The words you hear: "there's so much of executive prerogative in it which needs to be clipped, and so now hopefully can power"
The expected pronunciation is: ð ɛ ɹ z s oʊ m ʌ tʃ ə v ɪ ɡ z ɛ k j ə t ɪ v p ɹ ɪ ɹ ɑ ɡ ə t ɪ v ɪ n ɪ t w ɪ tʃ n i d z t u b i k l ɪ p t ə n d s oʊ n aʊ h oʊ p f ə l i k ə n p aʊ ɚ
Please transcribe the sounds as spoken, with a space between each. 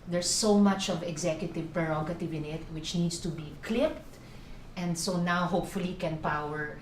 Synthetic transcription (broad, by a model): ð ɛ ɹ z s oʊ m ʌ tʃ ə v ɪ ɡ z ɛ k j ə t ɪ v p ɹ ɪ ɹ ɑ ɡ ə t ɪ v ɪ n ɪ t w ɪ tʃ n i d s t u b i k l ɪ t t ə n d s oʊ n aʊ h oʊ p f ə l i k ə n p aʊ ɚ